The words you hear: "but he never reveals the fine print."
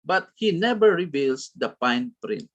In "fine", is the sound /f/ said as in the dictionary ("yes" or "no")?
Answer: no